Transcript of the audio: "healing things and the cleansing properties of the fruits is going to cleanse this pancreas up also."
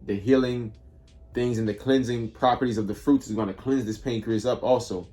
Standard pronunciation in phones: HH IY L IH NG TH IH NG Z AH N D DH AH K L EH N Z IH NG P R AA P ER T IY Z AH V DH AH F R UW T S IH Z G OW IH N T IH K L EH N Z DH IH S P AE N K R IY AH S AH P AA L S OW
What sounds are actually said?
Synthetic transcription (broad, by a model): HH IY L IH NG TH IH NG Z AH N DH AH K L EH N Z IH NG P R AA P ER T IY Z AH V DH AH F R UW T S IH Z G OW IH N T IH K L EH N Z DH IH S P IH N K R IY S AH P AA L S OW